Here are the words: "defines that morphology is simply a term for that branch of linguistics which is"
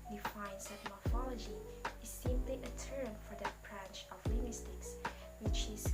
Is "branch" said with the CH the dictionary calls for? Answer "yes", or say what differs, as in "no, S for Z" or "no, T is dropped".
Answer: yes